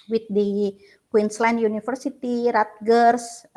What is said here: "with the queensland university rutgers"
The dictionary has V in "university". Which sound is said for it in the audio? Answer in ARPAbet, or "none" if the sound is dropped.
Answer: F